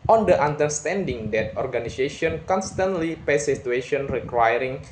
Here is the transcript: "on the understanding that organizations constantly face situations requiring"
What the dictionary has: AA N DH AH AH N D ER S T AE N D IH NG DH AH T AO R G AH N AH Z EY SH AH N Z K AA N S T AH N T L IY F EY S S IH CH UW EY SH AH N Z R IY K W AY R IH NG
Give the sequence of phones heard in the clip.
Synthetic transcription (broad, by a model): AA N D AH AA N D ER S T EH N D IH NG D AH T AO R G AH N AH S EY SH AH N K AA N S T AH N T L IY P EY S S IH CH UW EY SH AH N R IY K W AY R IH NG